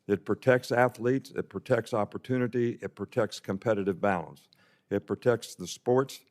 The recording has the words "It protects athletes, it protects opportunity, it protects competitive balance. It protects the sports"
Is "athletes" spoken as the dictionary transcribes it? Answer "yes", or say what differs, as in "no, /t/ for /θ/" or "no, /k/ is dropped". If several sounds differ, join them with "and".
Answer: yes